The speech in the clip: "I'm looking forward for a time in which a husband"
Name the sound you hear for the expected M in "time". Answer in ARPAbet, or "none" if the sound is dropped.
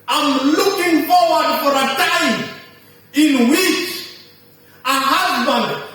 none